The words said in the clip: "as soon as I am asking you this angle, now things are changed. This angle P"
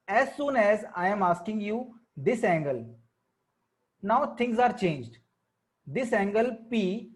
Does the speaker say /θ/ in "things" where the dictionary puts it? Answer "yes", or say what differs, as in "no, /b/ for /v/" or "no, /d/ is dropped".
no, /t/ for /θ/